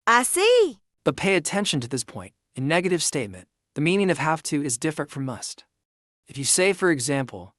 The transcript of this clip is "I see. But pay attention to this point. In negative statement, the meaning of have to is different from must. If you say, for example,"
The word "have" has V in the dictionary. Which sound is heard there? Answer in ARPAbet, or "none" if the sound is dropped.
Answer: F